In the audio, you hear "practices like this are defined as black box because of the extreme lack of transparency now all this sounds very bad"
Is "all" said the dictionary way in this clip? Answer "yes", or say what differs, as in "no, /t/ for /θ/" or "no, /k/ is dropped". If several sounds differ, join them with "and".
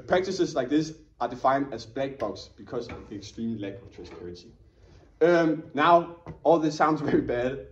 yes